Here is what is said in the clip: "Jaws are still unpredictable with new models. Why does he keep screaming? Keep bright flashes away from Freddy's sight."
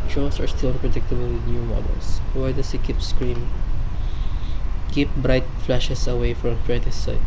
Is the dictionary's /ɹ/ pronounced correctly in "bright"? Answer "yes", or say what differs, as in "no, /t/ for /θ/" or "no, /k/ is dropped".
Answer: yes